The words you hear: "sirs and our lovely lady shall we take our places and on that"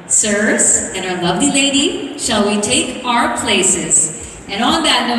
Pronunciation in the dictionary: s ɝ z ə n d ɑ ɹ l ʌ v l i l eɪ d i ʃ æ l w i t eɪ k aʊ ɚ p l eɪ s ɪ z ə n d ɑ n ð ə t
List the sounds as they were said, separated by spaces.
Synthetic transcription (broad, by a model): s ɝ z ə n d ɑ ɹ l ʌ v l i l eɪ d i ʃ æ l w i t eɪ k aʊ ɚ p l eɪ s ɪ z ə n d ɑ n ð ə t